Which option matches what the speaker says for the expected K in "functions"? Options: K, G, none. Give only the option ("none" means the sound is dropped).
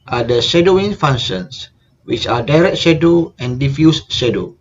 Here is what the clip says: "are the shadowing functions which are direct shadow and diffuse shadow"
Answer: none